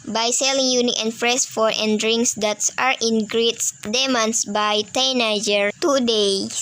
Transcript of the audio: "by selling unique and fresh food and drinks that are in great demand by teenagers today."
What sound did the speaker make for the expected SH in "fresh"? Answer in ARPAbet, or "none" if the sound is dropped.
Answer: S